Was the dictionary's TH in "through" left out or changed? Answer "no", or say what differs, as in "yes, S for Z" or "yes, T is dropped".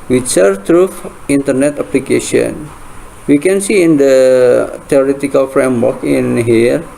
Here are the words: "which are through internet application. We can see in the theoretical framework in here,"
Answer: yes, F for TH